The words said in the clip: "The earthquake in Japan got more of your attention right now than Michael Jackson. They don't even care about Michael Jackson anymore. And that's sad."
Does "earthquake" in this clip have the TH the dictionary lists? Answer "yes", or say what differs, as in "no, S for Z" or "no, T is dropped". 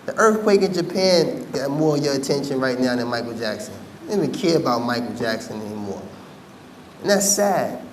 yes